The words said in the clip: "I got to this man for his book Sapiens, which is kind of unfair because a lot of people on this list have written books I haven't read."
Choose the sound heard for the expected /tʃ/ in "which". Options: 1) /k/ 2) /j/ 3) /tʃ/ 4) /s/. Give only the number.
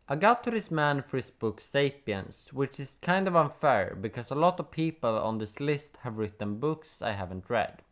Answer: 3